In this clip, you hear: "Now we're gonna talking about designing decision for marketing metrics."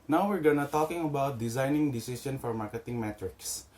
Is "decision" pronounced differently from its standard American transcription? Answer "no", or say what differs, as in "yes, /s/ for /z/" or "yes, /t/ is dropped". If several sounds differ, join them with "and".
yes, /s/ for /ʒ/